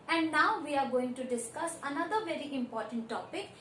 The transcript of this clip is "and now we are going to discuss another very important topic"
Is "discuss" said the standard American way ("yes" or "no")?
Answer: yes